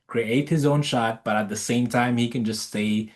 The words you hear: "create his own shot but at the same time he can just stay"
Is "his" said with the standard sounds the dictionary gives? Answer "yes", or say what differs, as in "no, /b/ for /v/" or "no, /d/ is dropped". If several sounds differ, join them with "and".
yes